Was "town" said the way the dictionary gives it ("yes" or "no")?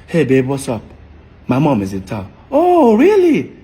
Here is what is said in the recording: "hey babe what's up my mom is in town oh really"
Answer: no